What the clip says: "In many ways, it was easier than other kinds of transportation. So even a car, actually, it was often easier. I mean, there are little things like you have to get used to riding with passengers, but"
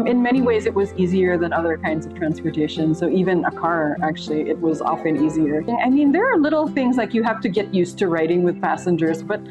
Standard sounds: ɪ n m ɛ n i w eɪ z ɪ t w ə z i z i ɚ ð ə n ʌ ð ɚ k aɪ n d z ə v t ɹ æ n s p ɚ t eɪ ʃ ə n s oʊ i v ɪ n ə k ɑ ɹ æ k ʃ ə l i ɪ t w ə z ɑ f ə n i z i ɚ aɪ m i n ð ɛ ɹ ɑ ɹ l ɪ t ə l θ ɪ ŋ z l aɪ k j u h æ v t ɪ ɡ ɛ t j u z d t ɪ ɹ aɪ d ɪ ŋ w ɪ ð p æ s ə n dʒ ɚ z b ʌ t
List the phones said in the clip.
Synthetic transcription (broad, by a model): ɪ n m ɛ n i w eɪ z ɪ t w ə z i z i ɚ ð ə n ʌ ð ɚ k aɪ n d z ə v t ɹ æ n s p ɚ t eɪ ʃ ə n s oʊ i v ɪ n ə k ɑ ɹ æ k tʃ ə l i ɪ t w ə z ɑ f ə n i z i ɚ aɪ m i n ð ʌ ɹ ɹ l ɪ t l θ ɪ ŋ z l aɪ k j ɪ h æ f t ɪ ɡ ɛ t j u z t ɪ ɹ aɪ d ɪ ŋ w ɪ ð p æ s ə n dʒ ɚ z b ʌ t